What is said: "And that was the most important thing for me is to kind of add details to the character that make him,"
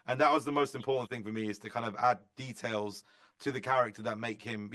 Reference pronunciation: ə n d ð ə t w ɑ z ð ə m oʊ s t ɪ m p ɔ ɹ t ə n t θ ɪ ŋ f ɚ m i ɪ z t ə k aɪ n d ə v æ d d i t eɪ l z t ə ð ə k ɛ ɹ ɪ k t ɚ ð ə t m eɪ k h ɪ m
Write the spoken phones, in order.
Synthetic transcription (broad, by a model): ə n ð ə t w ɑ z ð ə m oʊ s t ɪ m p ɔ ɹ t n θ ɪ ŋ f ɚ m i ɪ z t ə k aɪ n d ə v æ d d i t eɪ l z t ə ð ə k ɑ ɹ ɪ k t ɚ ð ə t m eɪ k h ɪ m